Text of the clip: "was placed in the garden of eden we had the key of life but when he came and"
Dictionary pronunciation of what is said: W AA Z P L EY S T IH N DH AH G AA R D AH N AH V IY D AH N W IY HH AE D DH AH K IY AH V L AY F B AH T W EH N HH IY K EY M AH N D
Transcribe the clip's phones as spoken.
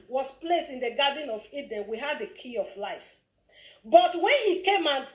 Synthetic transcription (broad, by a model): W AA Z P L EY S T IH N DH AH G AA D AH N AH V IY D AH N W IY HH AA D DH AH K IY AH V L AY F B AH T W EH N HH IY K EY M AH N